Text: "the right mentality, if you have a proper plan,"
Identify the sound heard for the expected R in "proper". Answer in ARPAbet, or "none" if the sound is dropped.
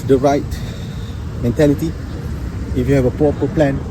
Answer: none